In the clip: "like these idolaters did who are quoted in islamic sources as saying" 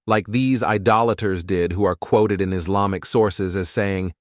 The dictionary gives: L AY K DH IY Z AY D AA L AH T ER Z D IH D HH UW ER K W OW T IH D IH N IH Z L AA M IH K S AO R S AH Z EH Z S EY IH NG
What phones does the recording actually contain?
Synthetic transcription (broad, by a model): L AY K DH IY Z AY D AA L AH T ER Z D IH D HH UW ER K W OW T IH D IH N IH Z L AA M IH K S AO R S AH Z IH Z S EY IH NG